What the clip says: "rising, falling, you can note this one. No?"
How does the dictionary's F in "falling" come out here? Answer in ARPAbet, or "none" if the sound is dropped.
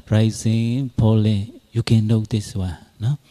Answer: P